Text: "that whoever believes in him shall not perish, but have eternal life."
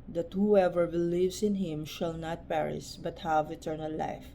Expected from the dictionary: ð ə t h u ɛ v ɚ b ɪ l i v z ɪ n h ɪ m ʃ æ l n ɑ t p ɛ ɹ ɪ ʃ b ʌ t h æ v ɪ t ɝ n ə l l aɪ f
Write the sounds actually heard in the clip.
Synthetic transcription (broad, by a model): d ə t h u ɛ v ɚ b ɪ l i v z ɪ n h ɪ m ʃ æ l n ɑ t p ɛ ɹ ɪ s b ʌ t h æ v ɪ t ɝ n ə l l aɪ f